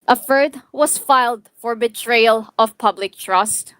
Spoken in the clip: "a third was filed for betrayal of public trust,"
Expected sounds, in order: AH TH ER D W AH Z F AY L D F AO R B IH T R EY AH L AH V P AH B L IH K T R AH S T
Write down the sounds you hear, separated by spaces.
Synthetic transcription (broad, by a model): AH F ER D W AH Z F AY L D F AO R B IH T R EY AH L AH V P AH B L IH K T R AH S T